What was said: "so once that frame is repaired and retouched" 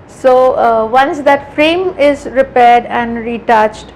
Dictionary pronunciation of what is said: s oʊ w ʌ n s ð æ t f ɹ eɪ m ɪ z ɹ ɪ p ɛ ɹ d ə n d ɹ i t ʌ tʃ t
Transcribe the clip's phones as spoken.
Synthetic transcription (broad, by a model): s oʊ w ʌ n s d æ t f ɹ eɪ m ɪ z ɹ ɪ p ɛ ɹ d ə n d ɹ i t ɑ tʃ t